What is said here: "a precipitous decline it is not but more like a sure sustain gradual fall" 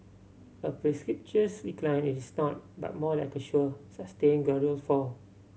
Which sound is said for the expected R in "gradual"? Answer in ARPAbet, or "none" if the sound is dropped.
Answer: none